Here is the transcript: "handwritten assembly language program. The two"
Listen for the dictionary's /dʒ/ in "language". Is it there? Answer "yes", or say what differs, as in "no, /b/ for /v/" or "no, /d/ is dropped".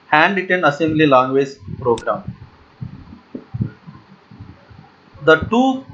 no, /z/ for /dʒ/